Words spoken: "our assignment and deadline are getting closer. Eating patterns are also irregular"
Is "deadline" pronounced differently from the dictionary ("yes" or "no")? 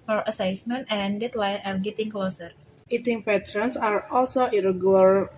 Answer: yes